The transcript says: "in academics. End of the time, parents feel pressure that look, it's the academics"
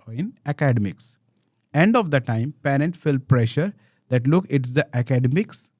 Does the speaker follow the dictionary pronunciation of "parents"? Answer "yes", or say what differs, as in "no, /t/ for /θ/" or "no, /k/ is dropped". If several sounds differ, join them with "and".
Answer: no, /s/ is dropped